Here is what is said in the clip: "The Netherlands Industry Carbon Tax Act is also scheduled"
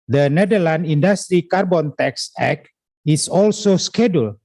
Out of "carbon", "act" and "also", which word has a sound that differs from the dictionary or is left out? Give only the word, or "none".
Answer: act